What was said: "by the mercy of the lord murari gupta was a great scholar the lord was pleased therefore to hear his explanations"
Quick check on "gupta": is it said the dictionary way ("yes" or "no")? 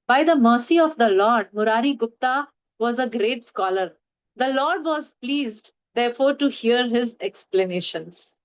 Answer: yes